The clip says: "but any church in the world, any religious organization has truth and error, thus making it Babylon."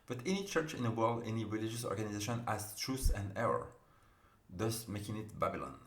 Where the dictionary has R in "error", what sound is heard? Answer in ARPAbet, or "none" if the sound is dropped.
R